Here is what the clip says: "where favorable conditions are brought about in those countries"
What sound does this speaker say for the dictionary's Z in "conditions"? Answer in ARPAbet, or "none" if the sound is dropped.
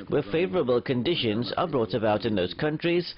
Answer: Z